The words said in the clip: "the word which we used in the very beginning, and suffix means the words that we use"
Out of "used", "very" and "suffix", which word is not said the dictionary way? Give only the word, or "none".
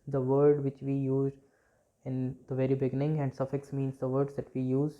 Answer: used